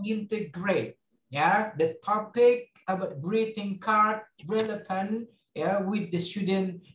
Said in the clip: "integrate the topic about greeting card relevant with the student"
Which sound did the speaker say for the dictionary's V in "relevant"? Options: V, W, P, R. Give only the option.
P